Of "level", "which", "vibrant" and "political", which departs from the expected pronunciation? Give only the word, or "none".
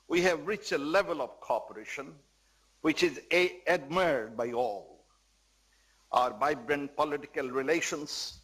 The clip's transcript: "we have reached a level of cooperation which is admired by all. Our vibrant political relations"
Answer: vibrant